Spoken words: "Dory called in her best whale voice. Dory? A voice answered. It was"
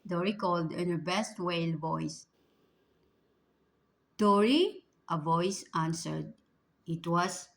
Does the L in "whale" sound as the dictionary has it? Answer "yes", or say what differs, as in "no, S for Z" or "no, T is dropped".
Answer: yes